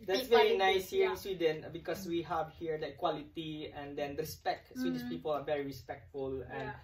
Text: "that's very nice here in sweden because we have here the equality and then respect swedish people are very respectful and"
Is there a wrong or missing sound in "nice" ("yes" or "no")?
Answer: no